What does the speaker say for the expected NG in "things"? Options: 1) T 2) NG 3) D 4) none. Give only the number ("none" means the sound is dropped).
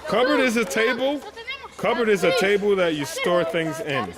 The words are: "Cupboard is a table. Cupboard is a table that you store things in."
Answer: 2